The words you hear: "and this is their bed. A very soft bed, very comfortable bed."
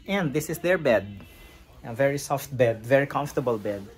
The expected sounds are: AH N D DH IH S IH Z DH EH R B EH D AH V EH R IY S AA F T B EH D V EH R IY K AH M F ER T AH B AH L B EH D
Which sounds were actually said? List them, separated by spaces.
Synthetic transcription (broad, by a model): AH N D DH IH S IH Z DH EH R B EH D AH V EH R IY S AA F T B EH D V EH R IY K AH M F T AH B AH L B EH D